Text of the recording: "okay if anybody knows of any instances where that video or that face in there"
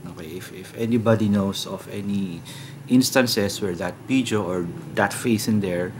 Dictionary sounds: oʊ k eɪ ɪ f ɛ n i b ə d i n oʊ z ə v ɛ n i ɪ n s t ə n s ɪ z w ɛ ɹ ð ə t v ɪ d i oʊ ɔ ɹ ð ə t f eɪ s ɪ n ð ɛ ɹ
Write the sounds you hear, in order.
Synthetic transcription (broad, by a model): oʊ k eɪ ɪ f ɛ n i b ə d i n oʊ s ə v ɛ n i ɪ n s t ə n s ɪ s w ɛ ɹ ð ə t p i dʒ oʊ ɔ ɹ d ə t f eɪ s ɪ n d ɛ ɹ